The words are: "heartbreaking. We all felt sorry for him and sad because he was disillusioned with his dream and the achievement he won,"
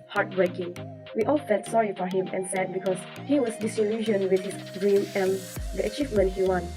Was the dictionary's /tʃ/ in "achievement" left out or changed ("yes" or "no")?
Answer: no